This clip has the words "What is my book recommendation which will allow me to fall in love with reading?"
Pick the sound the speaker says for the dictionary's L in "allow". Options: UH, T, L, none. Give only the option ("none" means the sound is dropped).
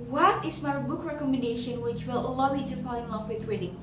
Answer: L